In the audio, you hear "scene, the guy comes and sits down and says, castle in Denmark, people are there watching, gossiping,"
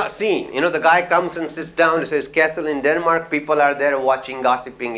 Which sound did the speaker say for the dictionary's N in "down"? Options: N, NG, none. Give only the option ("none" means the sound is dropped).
none